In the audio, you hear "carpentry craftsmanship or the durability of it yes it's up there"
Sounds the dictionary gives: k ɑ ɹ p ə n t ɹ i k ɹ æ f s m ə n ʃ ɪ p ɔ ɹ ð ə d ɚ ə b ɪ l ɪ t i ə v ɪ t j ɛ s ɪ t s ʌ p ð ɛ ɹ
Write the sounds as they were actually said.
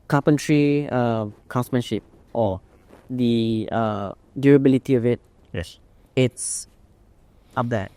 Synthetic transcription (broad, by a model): k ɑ p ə n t ɹ i k ɑ s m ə n ʃ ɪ p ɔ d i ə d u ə b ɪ l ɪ t i ə v ɪ t j ɛ s ɪ t s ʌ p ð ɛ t